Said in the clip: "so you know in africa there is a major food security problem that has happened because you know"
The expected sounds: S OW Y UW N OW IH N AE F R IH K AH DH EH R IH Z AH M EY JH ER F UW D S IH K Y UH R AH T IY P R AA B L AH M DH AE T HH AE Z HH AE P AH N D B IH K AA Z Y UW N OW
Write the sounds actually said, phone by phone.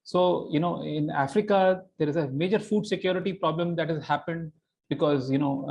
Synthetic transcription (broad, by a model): S OW Y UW N OW IH N AE F R IH K AH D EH R IH Z AH M EY JH ER F UW D S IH K Y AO R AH T IY P R AA B L AH M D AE T HH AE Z HH AE P AH N D B IH K AA Z Y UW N OW